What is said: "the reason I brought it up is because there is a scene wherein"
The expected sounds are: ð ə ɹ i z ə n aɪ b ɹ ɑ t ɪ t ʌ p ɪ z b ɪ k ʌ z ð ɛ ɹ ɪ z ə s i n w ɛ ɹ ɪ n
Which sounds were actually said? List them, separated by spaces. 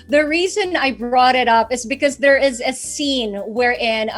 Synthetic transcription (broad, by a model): ð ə ɹ i z ə n aɪ b ɹ ɑ t ɪ t ʌ p ɪ z b ɪ k ʌ z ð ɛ ɹ ɪ z ə s i n w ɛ ɹ ɪ n